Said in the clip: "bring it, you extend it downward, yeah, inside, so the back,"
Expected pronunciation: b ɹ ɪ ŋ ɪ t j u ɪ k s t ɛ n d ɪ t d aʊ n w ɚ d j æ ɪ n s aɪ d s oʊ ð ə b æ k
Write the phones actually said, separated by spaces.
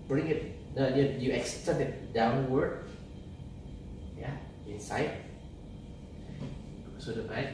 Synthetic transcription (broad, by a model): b ɹ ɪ ŋ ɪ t j u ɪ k s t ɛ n ɪ t d aʊ n w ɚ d j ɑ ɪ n s aɪ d s oʊ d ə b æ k